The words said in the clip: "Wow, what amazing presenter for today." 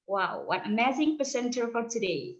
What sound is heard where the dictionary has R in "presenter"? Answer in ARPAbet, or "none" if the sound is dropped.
none